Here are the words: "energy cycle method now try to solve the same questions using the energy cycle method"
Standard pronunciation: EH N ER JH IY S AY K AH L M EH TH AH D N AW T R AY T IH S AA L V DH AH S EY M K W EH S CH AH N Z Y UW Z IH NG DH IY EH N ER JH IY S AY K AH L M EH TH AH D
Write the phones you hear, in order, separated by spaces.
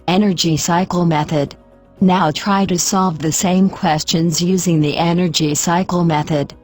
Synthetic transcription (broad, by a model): EH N ER JH IY S AY K L M EH TH AH D N AW T R AY T IH S AA L V DH AH S EY M K W EH S CH AH N Z Y UW Z IH NG DH IY EH N ER JH IY S AY K L M EH TH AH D